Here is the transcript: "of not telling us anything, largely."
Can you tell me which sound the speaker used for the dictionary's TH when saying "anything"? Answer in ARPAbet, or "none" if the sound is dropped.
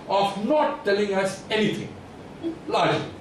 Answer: T